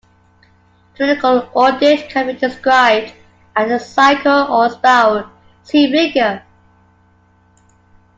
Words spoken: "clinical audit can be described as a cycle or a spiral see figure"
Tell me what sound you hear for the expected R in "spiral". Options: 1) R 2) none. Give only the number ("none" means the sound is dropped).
2